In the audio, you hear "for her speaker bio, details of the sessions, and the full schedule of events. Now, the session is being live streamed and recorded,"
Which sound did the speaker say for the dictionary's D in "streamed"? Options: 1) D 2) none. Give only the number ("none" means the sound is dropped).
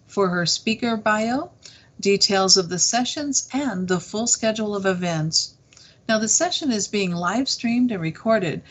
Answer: 1